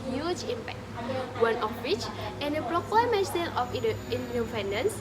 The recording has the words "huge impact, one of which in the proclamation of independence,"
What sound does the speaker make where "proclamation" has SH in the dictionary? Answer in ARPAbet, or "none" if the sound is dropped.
S